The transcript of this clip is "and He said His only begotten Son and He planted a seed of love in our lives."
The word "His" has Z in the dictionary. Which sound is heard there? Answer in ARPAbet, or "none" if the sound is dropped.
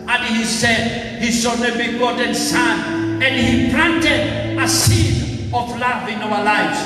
S